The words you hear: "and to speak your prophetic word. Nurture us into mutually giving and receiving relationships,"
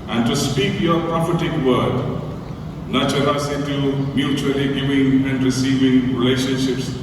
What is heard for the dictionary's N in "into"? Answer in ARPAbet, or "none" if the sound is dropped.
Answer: none